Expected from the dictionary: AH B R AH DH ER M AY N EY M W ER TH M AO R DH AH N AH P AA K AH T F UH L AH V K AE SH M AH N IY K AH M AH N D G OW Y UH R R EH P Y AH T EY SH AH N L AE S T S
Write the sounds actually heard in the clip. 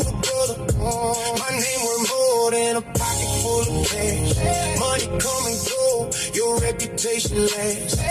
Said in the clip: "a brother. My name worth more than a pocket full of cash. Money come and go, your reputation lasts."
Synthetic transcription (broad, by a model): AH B AH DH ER M AY N EY M W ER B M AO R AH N AH P AA K AH T F UH L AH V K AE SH M AH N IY K AH M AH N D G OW Y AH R R EH P Y AH T EY SH AH N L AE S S